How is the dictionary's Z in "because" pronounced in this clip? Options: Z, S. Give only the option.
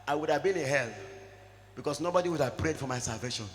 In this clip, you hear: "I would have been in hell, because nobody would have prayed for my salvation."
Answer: S